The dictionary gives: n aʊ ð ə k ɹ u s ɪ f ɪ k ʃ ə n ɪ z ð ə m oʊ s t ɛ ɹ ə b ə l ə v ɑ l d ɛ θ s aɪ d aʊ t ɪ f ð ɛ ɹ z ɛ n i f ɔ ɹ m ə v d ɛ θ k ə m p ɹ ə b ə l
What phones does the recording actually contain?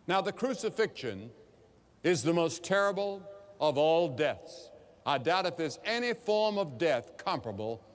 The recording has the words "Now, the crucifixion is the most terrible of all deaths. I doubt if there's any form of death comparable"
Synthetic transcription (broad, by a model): n aʊ ð ə k ɹ u s ɪ f ɪ k ʃ ə n ɪ z ð ə m oʊ s t ɛ ɹ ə b l ə v ɑ l d ɛ θ s aɪ d aʊ t ɪ f ð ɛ ɹ z ɛ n i f ɔ ɹ m ə v d ɛ θ k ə m p ɹ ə b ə l